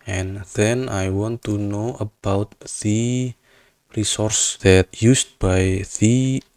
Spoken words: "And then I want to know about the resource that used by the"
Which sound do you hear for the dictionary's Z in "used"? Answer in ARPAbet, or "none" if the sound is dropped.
S